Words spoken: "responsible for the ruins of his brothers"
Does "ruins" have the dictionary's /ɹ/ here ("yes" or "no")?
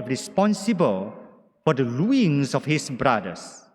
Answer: no